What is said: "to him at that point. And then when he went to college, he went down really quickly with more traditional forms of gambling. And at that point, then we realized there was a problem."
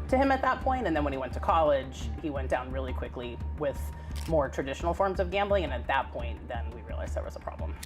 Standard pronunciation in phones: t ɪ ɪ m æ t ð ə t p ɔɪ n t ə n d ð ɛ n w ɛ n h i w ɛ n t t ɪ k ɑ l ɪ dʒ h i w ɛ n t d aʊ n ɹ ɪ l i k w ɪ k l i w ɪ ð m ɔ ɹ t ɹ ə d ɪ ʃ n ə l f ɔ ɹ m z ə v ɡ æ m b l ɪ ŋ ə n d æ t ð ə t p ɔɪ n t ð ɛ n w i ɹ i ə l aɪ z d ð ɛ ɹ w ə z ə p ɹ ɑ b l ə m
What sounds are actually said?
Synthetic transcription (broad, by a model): t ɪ ɪ m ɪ t ð ə t p ɔɪ n t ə n ð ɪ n w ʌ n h i w ɛ n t t ɪ k ɑ l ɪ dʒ h i w ɛ n d aʊ n ɹ ɪ l i k w ɪ k l i w ɪ ð m ɔ ɹ t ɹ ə d ɪ ʃ n l f ɔ ɹ m z ə v ɡ æ m b l ɪ ŋ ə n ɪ t ð ə t p ɔɪ n ð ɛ n w i ɹ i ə l aɪ z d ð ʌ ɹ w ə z ə p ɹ ɑ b l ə m